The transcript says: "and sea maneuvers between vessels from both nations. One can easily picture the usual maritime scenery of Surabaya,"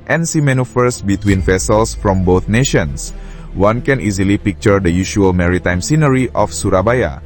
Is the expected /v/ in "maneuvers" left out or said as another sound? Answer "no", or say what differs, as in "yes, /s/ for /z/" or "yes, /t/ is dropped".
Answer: yes, /f/ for /v/